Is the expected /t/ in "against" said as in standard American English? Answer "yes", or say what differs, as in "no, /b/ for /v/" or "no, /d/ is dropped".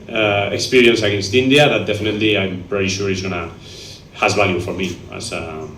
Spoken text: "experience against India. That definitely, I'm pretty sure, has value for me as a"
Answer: yes